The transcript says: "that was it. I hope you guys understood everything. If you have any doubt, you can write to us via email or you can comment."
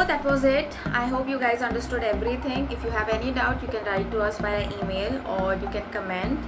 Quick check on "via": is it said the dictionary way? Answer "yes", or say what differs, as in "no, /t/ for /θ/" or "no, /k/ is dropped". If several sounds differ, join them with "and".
no, /b/ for /v/